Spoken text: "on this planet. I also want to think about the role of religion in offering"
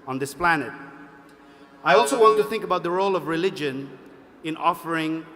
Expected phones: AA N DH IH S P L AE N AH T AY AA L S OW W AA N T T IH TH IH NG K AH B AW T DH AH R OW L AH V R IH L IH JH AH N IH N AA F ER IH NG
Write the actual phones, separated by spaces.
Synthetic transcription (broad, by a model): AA N DH IH S P L AE N AH T AY AA L S OW W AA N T T IH TH IH NG K AH B AW T DH AH R OW L AH V R IH L IH JH AH N IH N AA F ER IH NG